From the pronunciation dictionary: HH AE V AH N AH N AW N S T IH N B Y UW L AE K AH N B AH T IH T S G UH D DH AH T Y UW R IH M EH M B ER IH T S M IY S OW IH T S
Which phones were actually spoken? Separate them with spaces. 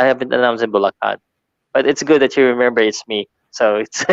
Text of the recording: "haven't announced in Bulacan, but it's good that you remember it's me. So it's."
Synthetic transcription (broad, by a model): HH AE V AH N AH N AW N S IH N B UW L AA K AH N B AH T IH T S G UH D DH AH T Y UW R IH M EH M B ER IH T S M IY S OW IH T S